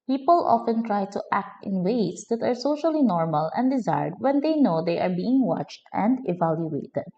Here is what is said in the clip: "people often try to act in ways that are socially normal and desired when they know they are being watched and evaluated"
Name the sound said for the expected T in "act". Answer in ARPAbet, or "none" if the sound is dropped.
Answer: T